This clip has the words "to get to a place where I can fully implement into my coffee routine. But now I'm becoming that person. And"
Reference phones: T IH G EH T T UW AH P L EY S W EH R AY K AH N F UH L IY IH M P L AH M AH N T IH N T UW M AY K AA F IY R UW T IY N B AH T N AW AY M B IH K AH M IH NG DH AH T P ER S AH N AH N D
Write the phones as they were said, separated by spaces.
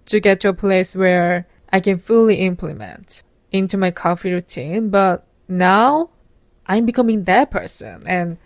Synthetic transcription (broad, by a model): T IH G EH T T UW AH P L EY S W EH R AY K AH N F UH L IY IH M P L AH M AH N T IH N T UW M AY K AA F IY R UW T IY N B AH T N AW AY M B IH K AH M IH NG DH AH T P ER S AH N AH N